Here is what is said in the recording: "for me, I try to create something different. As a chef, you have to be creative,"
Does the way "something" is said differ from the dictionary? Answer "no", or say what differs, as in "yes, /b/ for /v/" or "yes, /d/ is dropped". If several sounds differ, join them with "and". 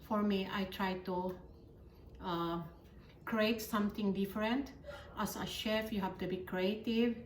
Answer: yes, /t/ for /θ/